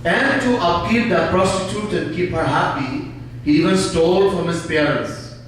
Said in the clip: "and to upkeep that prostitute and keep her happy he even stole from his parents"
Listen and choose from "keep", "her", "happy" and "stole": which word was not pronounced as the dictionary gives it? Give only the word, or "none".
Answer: none